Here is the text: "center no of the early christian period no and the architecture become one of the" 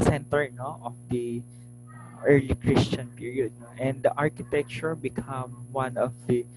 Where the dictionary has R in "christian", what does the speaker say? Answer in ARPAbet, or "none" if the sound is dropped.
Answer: R